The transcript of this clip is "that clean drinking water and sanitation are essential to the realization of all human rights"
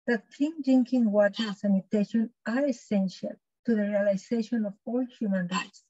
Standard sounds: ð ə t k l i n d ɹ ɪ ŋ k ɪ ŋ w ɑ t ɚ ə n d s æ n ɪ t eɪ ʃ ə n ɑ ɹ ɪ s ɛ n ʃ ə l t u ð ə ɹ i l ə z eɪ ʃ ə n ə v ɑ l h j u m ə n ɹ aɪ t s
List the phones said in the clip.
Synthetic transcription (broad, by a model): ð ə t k i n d ɪ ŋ k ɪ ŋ w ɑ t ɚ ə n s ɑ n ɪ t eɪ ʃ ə n ɑ ɹ ɪ s ɛ n ʃ ə l t u ð ə ɹ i l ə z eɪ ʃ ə n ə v ɑ l h j u m ə n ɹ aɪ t s